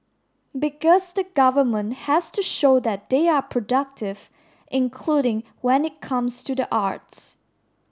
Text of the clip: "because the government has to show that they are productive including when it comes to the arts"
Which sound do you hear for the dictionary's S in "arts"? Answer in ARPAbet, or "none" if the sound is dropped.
S